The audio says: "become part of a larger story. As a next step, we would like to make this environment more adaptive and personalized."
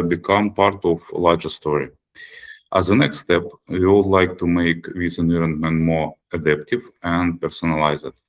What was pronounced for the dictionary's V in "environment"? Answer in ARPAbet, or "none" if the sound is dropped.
none